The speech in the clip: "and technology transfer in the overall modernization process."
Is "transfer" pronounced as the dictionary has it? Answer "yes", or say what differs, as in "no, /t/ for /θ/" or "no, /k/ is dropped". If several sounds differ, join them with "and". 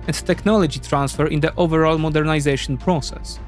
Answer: yes